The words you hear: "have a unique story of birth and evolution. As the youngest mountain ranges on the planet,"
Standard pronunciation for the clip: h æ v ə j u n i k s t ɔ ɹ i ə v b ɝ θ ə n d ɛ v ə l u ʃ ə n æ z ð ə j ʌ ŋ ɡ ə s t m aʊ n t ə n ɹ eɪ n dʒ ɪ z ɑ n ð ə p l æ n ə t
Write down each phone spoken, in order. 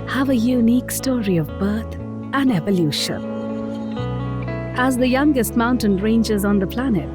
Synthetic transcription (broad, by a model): h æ v ə j u n i k s t ɔ ɹ i ə v b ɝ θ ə n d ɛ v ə l u ʃ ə n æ z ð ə j ʌ ŋ ɡ ə s t m aʊ n t ə n ɹ eɪ n dʒ ɪ z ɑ n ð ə p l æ n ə t